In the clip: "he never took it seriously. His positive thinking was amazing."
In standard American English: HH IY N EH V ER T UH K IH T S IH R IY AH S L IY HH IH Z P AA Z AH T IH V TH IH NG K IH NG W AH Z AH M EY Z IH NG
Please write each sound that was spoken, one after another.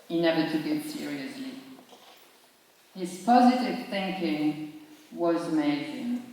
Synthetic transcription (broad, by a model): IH N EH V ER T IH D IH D S IH R IY AH S L IY HH IH Z P AA Z AH T IH V TH IH NG K IH NG W AH Z M EY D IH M